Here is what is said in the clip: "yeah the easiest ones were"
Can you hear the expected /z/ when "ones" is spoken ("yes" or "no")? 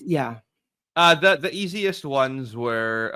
yes